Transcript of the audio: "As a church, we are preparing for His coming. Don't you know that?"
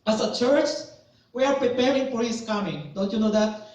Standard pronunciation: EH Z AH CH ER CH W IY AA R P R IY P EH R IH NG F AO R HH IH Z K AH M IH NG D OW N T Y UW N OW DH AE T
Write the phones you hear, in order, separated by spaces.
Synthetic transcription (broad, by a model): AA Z AH CH ER CH W IY AA R P R IY P EH R IH NG F AO R HH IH S K AH M IH NG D OW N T Y UW N OW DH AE T